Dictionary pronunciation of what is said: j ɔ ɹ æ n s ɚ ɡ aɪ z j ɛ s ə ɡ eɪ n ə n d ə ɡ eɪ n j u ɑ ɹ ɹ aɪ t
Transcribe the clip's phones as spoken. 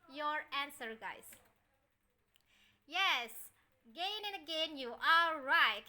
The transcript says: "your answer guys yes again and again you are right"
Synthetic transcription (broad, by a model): j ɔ ɹ æ n s ɚ ɡ aɪ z j ɛ s ɡ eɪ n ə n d ə ɡ eɪ n j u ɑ l ɹ aɪ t